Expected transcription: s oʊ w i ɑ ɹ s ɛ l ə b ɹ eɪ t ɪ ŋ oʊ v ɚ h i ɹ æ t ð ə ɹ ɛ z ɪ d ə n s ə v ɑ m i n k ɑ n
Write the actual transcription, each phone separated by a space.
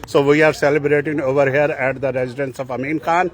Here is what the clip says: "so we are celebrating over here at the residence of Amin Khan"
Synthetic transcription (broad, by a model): s oʊ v i ɑ ɹ s ɛ l ə b ɹ eɪ t ɪ ŋ oʊ v ɚ h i ɹ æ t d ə ɹ ɛ z ɪ d ə n s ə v ɑ m i n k ɑ n